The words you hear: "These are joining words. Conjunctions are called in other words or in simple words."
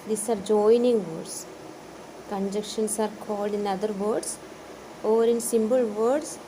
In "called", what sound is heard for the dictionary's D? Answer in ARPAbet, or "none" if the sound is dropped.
D